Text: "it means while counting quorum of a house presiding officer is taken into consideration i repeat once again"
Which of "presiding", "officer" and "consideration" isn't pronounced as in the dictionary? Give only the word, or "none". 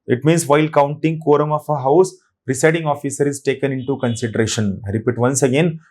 presiding